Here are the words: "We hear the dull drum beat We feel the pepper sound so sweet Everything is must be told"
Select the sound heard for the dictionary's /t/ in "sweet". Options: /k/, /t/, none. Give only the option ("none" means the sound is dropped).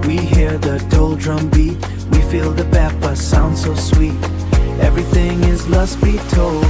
/t/